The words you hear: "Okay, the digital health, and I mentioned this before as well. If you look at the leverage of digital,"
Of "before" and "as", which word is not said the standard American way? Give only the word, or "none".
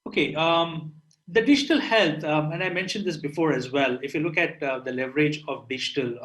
none